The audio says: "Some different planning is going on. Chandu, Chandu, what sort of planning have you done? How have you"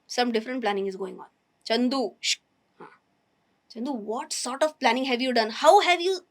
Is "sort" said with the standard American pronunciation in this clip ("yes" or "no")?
yes